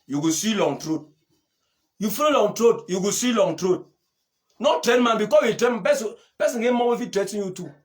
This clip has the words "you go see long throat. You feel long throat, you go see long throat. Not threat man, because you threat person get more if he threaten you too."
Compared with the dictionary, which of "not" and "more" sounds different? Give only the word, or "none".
more